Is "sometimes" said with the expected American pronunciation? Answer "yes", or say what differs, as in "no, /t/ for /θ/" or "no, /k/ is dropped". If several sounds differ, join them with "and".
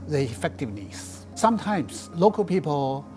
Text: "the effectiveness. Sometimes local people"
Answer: no, /s/ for /z/